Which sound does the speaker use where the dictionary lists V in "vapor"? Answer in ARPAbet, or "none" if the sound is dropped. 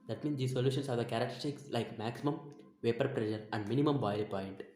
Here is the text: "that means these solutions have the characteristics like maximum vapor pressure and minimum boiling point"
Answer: V